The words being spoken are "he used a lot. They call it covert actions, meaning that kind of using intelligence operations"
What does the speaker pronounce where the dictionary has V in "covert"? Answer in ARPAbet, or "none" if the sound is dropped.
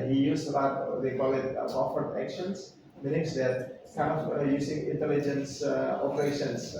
F